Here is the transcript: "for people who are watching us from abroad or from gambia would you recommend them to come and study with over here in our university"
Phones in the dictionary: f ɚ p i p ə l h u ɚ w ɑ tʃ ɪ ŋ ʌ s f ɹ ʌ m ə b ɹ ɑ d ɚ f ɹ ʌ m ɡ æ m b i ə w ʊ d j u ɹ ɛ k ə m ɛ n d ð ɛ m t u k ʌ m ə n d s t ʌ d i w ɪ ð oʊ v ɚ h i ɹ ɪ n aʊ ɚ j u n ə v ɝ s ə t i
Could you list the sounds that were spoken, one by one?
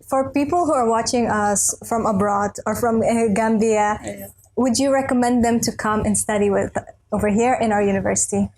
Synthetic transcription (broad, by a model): f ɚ p i p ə l h u ɚ w ɑ tʃ ɪ ŋ ʌ s f ɹ ʌ m ə b ɹ ɑ d ɚ f ɹ ʌ m ɡ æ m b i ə w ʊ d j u ɹ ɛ k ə m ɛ n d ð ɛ m t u k ʌ m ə n s t ʌ d i w ɪ ð oʊ v ɚ h i ɹ ɪ n aʊ ɚ j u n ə v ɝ s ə t i